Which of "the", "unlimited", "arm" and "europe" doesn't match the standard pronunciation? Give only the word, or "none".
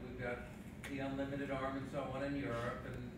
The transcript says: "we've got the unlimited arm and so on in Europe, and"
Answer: none